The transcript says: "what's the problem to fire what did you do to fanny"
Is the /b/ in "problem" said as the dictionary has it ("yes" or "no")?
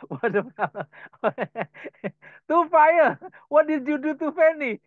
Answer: no